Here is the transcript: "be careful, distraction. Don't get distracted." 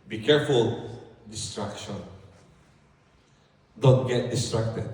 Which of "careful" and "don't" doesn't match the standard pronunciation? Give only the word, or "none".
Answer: none